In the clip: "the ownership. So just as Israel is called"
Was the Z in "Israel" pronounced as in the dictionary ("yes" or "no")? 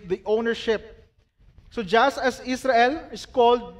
no